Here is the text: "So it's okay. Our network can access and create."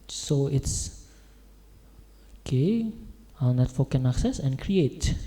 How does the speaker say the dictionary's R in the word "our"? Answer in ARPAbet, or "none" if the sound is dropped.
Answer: L